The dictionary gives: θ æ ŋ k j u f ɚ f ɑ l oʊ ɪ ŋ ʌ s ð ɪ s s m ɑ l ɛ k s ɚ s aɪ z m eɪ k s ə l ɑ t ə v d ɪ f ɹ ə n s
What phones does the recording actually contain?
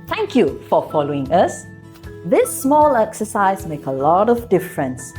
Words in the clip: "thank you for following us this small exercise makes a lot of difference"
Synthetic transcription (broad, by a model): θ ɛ ŋ k j u f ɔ f ɑ l oʊ ɪ ŋ ʌ s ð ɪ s s m ɑ l ɛ k s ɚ s aɪ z m eɪ k ə l ɑ t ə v d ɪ f ɹ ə n s